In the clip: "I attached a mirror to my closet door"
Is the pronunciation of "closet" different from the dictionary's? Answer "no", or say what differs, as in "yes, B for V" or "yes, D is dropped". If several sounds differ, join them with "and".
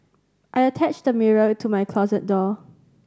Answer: no